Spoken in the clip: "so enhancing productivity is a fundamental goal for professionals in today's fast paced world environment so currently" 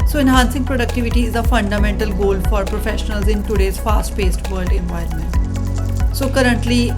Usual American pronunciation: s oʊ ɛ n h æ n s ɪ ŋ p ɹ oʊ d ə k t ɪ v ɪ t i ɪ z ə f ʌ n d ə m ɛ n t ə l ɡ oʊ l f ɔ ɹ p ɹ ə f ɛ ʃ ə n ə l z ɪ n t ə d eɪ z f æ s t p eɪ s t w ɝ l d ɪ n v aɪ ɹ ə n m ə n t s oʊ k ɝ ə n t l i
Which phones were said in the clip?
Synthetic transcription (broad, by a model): s oʊ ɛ n h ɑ n s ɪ ŋ p ɹ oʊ d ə k t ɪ v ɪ t i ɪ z ə f ʌ n d ə m ɛ n t ə l ɡ oʊ l f ɔ ɹ p ɹ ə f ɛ ʃ ə n ə l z ɪ n t ə d eɪ z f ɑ s t p eɪ s t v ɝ l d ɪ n v aɪ ə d m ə n t s oʊ k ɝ ə n t l i